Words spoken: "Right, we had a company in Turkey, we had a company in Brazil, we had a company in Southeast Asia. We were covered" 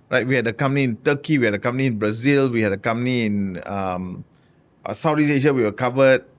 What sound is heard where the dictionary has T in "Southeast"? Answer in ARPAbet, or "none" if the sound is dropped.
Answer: none